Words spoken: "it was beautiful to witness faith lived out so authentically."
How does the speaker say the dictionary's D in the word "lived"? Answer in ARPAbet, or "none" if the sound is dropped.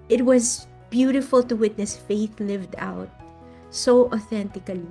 D